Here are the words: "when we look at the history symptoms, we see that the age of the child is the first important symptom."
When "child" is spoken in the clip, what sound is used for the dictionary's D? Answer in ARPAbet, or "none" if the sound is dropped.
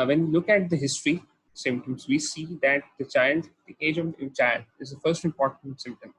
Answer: none